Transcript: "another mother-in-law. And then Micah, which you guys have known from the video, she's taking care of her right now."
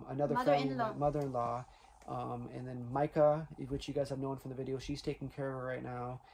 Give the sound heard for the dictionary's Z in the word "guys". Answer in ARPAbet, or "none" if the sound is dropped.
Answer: Z